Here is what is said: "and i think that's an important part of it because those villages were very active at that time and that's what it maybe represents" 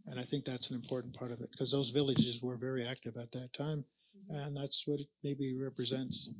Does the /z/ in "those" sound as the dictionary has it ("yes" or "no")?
yes